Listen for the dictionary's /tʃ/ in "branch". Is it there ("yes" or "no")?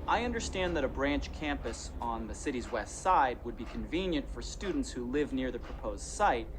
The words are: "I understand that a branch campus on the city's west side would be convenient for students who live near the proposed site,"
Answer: yes